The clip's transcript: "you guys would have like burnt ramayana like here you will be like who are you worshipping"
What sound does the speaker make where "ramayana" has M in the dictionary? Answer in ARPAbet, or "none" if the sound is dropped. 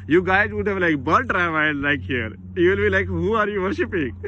none